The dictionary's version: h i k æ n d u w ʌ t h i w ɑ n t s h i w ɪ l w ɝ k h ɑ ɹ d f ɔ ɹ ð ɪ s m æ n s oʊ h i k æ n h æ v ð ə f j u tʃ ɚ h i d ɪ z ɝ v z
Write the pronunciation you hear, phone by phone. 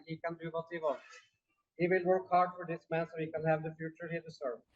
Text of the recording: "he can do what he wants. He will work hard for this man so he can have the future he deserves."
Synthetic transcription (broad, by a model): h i k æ n d u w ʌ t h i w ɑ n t h i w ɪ l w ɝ k h ɑ ɹ d f ɔ ɹ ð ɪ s m æ n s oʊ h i k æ n h æ v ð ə f j u tʃ ɚ h i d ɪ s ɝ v